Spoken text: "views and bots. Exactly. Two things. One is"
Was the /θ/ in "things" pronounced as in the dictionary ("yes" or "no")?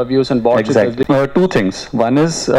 no